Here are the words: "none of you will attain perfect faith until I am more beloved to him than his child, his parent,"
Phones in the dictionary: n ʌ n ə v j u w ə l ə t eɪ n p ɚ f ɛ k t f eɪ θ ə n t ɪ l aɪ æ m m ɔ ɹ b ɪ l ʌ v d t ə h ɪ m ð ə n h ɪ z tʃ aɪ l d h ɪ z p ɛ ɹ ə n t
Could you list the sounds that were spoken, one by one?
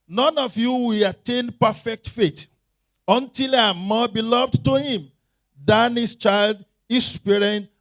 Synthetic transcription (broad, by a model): n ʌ n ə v j u w ə l ə t eɪ n p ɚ f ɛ k t f eɪ t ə n t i l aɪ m m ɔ b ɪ l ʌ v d t ə h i m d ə n h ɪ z tʃ aɪ l d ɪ s p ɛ ɹ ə n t